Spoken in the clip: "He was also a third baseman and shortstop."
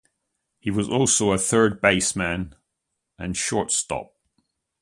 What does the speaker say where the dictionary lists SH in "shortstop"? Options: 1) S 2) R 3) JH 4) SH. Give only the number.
4